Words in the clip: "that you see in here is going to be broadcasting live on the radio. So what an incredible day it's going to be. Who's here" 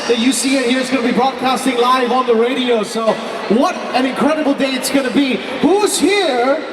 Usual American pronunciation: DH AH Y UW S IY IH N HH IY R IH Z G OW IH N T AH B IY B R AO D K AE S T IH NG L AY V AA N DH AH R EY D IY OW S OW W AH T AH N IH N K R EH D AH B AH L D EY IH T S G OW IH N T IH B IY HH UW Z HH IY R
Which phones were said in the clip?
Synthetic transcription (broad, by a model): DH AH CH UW S IY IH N HH IY R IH Z G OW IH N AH B IY B R AO D K AE S T IH NG L AY V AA N DH AH R EY D IY OW S OW W AH T AH N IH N K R EH D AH B L D EY IH T S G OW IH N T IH B IY HH UW Z HH IY R